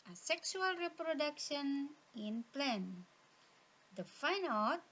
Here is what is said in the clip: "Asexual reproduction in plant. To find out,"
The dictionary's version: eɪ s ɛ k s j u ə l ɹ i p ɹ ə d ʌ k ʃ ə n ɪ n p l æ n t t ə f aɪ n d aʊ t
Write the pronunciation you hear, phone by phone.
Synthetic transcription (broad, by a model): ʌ s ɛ k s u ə l ɹ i p ɹ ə d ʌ k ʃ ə n ɪ n p l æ n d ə f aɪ n aʊ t